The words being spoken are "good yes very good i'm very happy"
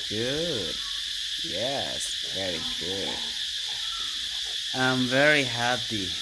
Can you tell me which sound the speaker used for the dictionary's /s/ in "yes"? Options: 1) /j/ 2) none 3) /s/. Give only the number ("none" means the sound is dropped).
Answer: 3